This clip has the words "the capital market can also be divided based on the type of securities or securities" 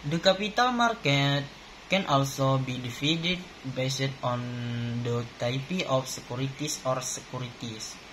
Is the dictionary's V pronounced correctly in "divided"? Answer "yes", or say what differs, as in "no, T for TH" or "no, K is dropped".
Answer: no, F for V